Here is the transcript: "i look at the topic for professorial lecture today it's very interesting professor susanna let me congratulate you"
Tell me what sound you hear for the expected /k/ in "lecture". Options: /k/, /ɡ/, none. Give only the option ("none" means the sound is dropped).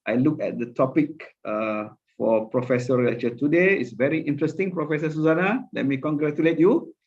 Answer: none